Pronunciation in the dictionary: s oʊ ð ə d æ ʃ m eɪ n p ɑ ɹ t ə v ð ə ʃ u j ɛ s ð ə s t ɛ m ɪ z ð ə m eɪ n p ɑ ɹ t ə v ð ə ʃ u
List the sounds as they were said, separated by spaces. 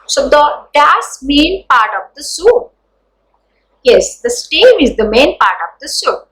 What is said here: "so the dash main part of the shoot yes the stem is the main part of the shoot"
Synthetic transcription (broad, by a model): s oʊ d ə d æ s m eɪ n p ɑ ɹ t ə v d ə s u j ɛ s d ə s t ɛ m ɪ z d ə m eɪ n p ɑ ɹ t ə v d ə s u